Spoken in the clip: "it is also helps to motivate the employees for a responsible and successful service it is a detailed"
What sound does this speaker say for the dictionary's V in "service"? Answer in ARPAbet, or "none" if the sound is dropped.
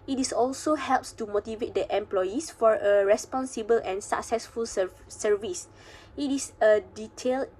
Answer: V